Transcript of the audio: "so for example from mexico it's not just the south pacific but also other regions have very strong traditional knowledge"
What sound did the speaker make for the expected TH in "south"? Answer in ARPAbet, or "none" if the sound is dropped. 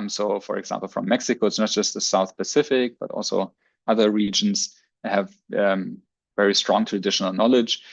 TH